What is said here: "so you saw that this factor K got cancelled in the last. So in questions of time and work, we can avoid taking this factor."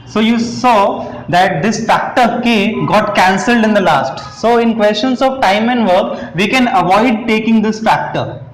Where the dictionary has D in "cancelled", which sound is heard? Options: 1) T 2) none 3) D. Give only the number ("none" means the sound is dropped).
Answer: 3